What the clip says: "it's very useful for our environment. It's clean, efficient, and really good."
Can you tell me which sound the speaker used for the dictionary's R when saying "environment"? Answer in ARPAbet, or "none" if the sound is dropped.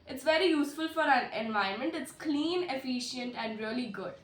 none